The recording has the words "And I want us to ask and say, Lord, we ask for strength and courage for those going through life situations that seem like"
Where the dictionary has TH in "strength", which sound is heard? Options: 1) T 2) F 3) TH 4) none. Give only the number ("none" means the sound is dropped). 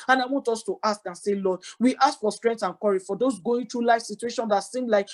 1